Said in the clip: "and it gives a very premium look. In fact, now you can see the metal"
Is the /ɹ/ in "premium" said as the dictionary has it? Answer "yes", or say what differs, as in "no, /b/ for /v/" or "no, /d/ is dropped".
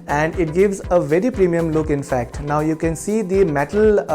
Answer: yes